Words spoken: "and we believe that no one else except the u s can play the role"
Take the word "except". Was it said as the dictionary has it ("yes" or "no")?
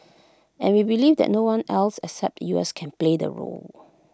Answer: yes